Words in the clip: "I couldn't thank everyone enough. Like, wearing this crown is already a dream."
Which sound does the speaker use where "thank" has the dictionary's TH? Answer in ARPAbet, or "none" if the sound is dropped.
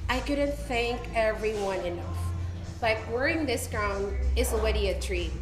TH